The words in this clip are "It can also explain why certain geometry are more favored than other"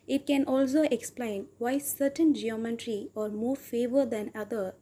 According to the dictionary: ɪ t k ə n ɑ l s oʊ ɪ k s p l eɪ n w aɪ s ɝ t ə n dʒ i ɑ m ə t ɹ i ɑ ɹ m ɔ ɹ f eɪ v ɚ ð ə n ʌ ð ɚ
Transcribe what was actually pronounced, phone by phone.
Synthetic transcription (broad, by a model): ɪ t k ə n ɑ l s oʊ ɪ k s p l eɪ n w aɪ s ɝ t ə n dʒ i ɑ m ə t ɹ i ɑ ɹ m ɔ ɹ f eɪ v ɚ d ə n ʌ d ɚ